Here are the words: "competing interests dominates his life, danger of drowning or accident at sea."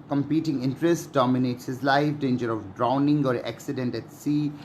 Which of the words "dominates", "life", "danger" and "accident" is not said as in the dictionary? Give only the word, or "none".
none